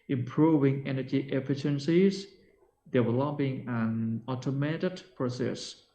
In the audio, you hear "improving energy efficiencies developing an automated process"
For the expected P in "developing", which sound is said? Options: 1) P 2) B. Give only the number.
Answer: 2